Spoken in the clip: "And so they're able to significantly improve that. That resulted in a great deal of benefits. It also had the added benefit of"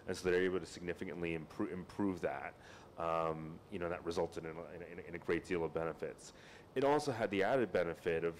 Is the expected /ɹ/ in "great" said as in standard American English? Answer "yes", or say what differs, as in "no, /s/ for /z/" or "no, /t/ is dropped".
yes